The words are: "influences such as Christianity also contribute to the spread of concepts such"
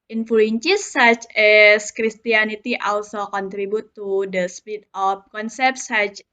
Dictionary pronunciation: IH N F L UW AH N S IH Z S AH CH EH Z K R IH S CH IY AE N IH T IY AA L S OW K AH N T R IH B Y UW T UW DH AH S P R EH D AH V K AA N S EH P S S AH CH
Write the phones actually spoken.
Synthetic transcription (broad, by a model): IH N F L UW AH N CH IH S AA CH EH S K R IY S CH IY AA N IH T IY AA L S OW K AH N T R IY B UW T UW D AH S P IY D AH F K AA N S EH P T S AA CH